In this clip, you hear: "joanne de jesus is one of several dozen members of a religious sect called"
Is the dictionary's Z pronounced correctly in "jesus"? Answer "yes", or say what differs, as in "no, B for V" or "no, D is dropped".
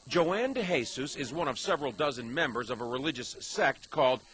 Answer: no, S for Z